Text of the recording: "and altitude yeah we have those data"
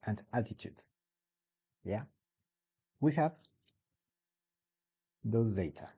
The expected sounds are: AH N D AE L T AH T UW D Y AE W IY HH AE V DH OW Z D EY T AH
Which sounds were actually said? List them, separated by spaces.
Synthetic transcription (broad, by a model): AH N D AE T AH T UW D Y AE W IY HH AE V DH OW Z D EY T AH